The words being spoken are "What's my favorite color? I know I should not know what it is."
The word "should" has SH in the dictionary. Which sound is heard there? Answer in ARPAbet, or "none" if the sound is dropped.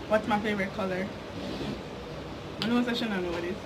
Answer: S